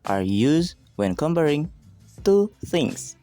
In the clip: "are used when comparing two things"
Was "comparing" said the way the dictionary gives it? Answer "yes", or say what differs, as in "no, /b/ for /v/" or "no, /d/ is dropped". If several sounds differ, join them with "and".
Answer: no, /b/ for /p/